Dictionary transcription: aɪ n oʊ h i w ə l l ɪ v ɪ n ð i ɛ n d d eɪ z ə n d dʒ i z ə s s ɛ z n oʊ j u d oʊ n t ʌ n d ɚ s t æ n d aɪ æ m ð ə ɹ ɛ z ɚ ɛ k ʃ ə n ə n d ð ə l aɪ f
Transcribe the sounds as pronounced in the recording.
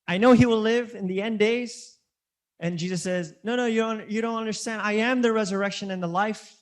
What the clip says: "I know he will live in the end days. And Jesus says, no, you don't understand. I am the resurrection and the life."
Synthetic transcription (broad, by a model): aɪ n oʊ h i w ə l l ɪ v ɪ n ð i ɛ n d d eɪ z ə n dʒ i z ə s s ɛ z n oʊ j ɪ d oʊ n t ʌ n d ɚ s t æ n d aɪ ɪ m ð ə ɹ ɛ z ɚ ɛ k ʃ ə n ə n ð ə l aɪ f